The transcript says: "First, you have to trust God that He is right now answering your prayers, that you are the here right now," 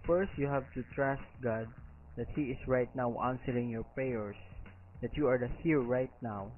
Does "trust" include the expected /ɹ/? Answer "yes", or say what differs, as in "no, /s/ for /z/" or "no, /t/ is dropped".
yes